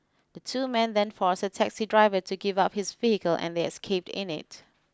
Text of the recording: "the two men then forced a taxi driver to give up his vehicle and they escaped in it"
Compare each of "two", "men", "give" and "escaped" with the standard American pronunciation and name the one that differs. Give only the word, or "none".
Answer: none